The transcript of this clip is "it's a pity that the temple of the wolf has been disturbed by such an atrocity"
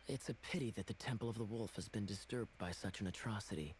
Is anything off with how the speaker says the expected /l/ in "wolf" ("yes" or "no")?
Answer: no